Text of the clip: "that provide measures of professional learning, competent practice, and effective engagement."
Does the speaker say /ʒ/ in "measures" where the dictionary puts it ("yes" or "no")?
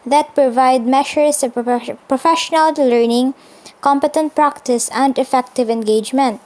no